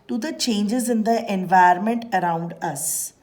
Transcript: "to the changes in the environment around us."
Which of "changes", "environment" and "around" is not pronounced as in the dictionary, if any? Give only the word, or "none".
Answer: environment